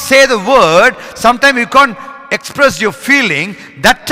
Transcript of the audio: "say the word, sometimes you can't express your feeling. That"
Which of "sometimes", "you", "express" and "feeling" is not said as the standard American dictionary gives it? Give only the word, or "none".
sometimes